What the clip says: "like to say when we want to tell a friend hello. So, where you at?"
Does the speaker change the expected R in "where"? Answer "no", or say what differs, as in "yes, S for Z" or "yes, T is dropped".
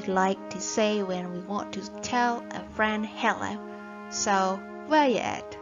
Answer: yes, L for R